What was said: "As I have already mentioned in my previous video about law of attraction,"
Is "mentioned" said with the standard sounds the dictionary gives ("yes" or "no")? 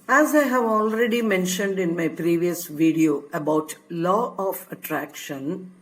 yes